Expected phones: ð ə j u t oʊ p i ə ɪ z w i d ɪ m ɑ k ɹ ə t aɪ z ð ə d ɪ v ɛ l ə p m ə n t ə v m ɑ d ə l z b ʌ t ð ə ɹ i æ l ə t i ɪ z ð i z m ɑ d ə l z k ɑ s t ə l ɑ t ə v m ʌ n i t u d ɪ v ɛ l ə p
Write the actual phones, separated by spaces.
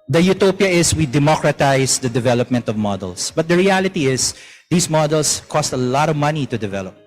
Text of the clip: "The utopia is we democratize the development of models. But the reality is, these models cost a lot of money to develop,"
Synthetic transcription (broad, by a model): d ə j u t oʊ p i ə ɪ s w i d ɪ m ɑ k ɹ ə t aɪ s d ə d ɪ v ɛ l ə p m ə n t ə v m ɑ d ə l s b ʌ t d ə ɹ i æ l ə t i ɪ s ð i s m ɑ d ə l s k ɑ s t ə l ɑ t ə v m ʌ n i t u d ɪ v ɛ l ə p